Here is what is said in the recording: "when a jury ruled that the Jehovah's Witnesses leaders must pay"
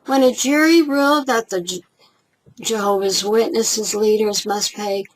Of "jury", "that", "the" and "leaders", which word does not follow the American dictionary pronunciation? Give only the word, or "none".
none